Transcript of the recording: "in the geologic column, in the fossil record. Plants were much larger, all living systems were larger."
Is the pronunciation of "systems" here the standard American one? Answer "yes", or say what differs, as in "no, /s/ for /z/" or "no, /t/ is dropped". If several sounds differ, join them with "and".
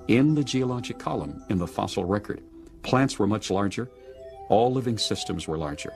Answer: yes